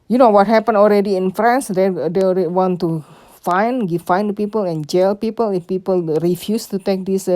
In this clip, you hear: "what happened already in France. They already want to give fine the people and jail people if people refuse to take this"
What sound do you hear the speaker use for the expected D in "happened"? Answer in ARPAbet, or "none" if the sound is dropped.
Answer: none